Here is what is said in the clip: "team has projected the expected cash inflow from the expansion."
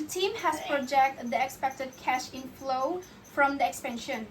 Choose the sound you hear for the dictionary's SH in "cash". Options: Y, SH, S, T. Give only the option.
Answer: SH